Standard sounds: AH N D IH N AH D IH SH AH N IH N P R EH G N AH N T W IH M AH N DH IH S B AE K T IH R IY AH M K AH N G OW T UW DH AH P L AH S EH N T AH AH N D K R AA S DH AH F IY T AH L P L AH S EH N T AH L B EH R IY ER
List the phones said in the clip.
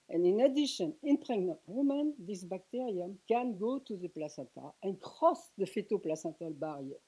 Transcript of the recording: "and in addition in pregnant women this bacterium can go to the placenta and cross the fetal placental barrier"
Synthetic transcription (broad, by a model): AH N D IH N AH D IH SH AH N IH N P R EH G N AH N T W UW M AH N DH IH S B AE K T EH R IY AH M K AH N G OW T UW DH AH P L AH S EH T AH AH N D K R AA S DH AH F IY T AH P L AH S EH T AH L B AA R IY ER